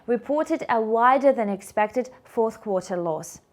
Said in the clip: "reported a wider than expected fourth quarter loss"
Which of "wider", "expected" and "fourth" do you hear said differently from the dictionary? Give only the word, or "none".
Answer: none